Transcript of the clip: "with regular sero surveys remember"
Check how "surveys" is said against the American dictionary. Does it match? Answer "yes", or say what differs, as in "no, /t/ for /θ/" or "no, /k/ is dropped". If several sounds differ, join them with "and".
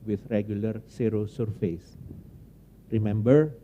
no, /f/ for /v/ and /s/ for /z/